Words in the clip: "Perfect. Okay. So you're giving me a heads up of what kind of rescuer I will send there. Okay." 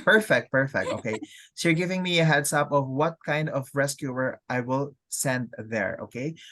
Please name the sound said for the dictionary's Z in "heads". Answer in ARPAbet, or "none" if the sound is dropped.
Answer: S